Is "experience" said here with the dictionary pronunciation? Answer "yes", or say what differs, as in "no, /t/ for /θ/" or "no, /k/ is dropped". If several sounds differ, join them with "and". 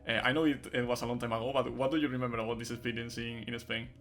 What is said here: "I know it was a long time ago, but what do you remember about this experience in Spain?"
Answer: no, /k/ is dropped